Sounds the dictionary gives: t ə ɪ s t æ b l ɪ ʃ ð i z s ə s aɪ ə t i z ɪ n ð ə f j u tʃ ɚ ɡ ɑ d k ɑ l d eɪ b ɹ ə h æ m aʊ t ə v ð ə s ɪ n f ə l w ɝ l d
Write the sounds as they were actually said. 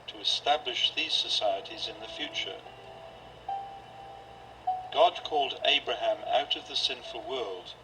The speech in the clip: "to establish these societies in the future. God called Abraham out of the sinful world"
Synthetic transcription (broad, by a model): t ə ɪ s t æ b l ɪ ʃ ð i z s ə s aɪ ə t i z ɪ n ð ə f j u tʃ ɚ ɡ ɑ d k ɑ l d eɪ b ɹ ə h æ m aʊ t ə v ð ə s ɪ n f ə l w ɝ l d